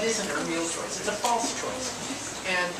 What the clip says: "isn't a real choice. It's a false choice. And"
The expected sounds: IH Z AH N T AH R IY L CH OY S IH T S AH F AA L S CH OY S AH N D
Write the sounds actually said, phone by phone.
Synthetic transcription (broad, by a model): IH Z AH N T AH R IY L CH OY S IH T S AH F AA L S CH OY S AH N